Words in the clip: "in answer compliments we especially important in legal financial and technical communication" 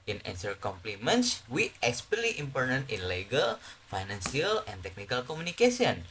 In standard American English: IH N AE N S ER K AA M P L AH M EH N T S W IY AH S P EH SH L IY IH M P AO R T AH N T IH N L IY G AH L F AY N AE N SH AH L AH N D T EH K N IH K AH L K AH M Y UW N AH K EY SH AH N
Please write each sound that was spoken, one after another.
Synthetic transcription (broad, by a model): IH N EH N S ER K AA M P L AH M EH N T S W IY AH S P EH L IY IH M P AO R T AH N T IH N L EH G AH L F AY N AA N S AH L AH N T EH K N IH K AH L K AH M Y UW N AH K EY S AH N